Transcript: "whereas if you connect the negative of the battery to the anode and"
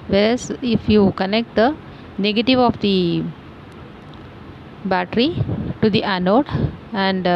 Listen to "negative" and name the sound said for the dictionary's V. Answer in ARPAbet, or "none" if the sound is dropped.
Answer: V